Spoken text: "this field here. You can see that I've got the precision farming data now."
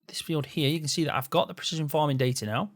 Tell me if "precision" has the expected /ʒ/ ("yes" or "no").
yes